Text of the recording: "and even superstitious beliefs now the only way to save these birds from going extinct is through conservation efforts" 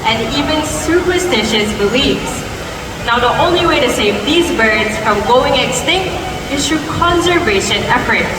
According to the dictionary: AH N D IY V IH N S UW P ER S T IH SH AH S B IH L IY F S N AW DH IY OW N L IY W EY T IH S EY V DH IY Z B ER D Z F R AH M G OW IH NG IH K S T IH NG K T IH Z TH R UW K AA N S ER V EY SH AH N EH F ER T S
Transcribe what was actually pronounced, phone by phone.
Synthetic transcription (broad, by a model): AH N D IY V IH N S UW P ER S T IH SH AH S B IH L IY F S N AW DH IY OW N L IY W EY T IH S EY V DH IY Z B ER D Z F R AH M G OW IH NG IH K S T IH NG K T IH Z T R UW K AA N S ER V EY SH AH N EH F ER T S